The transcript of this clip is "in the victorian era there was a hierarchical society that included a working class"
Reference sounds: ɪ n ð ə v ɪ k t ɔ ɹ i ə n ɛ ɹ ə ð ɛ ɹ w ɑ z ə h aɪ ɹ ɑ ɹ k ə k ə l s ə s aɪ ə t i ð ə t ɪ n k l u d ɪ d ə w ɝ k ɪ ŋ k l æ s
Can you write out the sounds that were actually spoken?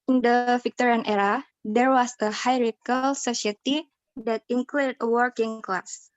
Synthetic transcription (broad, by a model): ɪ n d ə f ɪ k t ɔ ɹ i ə n ɛ ɹ ə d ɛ ɹ w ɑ s ə h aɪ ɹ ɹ ə k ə l s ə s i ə t i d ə t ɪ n k l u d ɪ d ə w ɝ k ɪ ŋ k l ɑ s